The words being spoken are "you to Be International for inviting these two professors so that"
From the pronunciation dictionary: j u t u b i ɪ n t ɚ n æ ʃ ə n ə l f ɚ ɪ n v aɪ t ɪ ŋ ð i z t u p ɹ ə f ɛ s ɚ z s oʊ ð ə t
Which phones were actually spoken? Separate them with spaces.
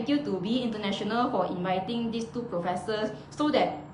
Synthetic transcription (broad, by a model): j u t u b i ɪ n t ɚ n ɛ ʃ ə n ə l f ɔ ɪ n v aɪ t ɪ ŋ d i s t u p ɹ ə f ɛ s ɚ s oʊ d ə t